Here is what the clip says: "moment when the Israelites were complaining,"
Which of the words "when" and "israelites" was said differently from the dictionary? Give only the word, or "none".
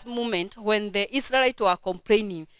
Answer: israelites